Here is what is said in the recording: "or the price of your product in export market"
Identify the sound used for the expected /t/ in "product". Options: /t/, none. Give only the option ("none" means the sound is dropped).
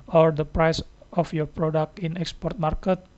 /t/